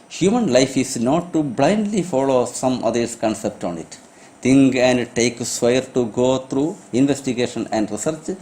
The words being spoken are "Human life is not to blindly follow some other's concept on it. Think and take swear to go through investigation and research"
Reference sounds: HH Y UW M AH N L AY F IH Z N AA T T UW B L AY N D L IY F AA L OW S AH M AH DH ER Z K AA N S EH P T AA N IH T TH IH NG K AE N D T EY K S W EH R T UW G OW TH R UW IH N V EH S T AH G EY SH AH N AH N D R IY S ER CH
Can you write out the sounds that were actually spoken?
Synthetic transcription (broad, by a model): HH Y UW M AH N L AY F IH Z N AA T T UW B L AY N D L IY F AA L OW S AH M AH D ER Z K AA N S EH P T AA N IH T T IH NG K AE N D T EY K S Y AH R T UW G OW T R UW IH N V EH S T AH G EY SH AH N AH N D R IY S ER CH